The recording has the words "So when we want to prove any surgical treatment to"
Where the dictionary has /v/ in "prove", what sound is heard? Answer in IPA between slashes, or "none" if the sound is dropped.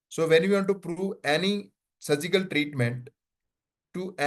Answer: /v/